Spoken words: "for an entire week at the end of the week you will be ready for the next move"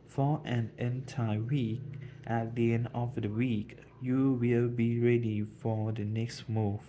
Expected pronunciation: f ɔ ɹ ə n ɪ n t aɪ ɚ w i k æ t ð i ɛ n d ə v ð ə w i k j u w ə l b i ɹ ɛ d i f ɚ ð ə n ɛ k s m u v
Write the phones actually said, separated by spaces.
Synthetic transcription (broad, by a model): f ɔ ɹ ə n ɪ n t aɪ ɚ w i k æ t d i ɛ n d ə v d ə w i k j u w ə l b i ɹ ɛ d i f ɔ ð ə n ɛ k s m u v